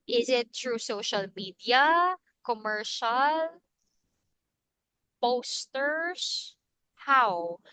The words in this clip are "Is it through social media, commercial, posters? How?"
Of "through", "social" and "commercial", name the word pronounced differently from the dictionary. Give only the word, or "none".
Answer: through